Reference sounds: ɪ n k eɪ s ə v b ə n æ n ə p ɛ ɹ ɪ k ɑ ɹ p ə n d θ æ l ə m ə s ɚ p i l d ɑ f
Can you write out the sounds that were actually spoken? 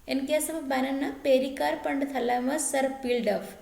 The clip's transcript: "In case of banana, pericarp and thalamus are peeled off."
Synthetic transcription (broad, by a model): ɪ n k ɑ s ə b b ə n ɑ n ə p ɛ ɹ ɪ k ɑ ɹ p ə n d t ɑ l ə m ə s ɚ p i l d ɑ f